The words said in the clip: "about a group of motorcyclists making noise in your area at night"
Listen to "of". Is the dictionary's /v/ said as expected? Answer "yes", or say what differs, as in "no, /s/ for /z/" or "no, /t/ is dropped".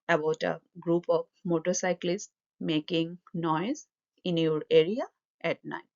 no, /p/ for /v/